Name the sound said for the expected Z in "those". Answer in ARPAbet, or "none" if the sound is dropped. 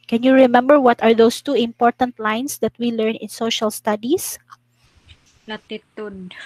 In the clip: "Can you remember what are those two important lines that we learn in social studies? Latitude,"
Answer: S